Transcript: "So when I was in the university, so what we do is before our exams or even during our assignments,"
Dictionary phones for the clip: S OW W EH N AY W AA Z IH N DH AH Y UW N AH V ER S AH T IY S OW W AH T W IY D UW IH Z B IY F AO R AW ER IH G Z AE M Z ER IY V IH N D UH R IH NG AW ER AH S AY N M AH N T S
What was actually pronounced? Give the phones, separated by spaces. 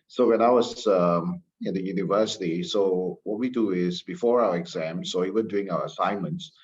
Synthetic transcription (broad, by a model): S OW W EH N AY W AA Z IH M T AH Y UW N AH V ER S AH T IY S OW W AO T W IY D UW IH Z B IY F AO R AW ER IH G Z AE M S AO IY V IH N D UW IH NG AW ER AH S AY N M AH N T S